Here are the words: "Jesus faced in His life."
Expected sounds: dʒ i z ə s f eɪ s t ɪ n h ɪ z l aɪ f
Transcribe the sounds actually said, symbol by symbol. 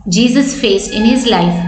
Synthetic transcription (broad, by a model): dʒ i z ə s f eɪ s ɪ n h ɪ z l aɪ f